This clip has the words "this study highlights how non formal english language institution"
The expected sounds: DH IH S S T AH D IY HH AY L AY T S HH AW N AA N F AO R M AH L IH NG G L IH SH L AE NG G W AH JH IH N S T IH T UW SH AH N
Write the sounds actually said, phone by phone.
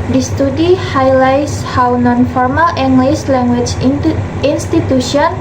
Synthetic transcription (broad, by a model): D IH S S T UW D IY HH AY L AY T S HH AW N AA N F AO R M AH L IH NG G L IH S L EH NG G W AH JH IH N S T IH T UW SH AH N